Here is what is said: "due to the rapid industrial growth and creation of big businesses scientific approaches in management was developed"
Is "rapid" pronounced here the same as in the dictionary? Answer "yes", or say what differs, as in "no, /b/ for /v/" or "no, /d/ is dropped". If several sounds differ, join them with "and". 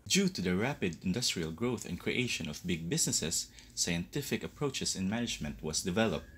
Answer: yes